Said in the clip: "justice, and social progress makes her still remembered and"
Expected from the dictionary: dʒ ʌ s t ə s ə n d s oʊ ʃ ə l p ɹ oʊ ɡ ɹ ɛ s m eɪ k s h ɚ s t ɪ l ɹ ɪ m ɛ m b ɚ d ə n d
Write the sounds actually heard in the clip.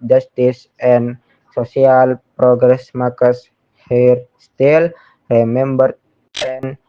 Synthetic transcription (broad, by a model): dʒ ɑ s t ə s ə n s oʊ s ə l p ɹ oʊ ɡ ɹ ɛ s m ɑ k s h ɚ s t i l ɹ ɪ m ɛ m b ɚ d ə n